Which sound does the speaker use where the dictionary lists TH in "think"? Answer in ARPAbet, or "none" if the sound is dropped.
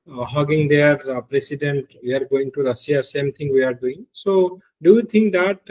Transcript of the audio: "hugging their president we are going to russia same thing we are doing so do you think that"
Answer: T